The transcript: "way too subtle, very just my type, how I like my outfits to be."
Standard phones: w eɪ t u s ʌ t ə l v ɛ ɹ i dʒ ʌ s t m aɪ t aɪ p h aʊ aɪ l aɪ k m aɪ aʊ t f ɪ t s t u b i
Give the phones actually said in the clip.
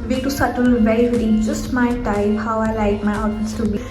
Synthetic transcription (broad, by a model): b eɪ t u s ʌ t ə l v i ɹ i dʒ ʌ s t m aɪ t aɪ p h aʊ aɪ l aɪ k m aɪ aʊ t ɪ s t u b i